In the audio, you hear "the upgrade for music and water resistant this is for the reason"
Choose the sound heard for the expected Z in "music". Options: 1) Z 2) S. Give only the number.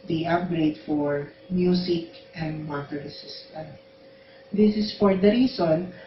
2